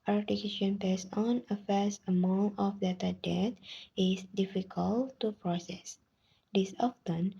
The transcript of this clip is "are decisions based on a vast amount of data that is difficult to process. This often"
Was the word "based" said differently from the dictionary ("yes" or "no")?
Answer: yes